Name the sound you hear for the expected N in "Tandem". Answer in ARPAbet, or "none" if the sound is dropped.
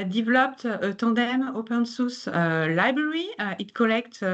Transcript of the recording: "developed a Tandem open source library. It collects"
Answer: none